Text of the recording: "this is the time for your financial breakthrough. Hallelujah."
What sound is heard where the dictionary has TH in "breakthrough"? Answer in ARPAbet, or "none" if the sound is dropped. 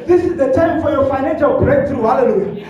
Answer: T